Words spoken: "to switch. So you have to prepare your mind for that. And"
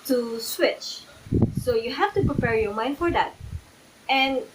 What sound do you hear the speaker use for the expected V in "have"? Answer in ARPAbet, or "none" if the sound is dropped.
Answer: F